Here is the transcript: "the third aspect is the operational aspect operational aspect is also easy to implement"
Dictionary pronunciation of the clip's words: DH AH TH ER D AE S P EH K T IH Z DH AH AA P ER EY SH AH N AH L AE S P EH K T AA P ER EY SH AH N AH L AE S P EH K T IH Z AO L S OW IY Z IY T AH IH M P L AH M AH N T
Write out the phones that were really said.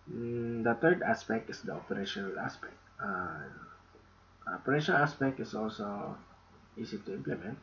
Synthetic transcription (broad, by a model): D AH T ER D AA S P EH K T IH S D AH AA P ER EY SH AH N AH L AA S P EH K T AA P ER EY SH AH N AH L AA S P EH K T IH S AO L S OW IY S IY T AH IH M P L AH M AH N T